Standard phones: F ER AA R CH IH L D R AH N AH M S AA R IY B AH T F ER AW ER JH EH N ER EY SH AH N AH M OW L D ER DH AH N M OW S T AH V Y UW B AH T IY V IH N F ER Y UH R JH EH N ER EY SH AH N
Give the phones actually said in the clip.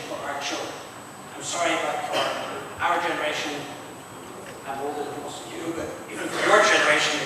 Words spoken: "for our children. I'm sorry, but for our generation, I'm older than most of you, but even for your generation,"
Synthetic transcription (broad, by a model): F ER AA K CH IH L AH AH M S AA R IY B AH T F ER AW ER JH EH N ER EY SH AH N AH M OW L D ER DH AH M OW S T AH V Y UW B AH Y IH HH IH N F ER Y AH R JH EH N ER EY SH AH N